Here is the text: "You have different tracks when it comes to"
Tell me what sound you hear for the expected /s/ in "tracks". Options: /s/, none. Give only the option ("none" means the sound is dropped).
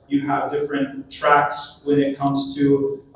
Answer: /s/